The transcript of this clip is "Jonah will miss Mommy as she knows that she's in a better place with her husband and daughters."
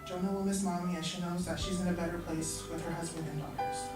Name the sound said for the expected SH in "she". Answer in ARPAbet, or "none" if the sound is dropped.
SH